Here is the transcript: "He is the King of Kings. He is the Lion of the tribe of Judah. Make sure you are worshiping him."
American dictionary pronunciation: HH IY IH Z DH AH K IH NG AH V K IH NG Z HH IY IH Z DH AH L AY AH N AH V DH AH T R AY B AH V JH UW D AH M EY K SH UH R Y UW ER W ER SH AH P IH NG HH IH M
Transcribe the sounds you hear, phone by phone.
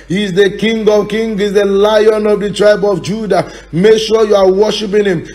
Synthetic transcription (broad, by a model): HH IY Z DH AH K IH NG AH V K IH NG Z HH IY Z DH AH L AY AH N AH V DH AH T R AY B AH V JH UW D AH M EY K SH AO Y UW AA W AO SH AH P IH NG HH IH M